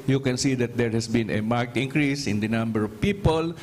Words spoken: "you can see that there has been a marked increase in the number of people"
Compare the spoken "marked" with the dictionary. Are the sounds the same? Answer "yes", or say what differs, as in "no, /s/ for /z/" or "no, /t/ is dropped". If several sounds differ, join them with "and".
yes